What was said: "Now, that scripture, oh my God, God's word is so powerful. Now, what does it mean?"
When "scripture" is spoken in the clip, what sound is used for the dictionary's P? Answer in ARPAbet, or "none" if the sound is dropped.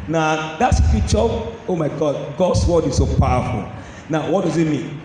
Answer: none